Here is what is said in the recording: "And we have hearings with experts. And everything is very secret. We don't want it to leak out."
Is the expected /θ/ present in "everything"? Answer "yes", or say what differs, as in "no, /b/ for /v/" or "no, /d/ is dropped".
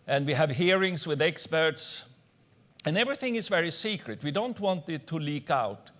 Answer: yes